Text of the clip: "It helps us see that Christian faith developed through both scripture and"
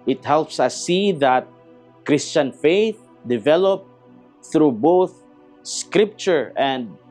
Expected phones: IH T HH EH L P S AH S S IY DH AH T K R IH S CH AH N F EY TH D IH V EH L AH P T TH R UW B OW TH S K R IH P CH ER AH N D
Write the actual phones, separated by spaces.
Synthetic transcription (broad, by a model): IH T HH EH L P S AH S S IY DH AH T K R IH S CH AH N F EY TH D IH V EH L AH P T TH R UW B OW TH S K R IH P CH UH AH N D